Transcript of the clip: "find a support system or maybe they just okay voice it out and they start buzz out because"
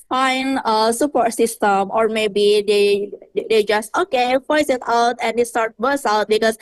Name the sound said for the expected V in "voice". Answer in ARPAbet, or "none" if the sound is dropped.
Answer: P